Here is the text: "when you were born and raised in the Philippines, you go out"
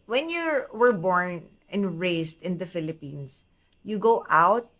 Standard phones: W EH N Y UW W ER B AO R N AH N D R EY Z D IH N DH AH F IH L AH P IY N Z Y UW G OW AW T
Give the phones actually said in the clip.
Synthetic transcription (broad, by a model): W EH N Y UW W ER B AO R N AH N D R EY S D IH N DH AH F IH L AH P IY N S Y UW G OW AW T